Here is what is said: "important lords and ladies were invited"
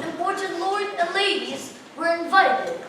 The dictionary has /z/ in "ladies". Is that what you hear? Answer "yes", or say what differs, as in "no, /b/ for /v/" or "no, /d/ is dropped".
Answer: yes